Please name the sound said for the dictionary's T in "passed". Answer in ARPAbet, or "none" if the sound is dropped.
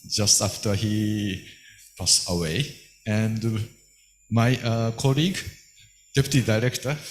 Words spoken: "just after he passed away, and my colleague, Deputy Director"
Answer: none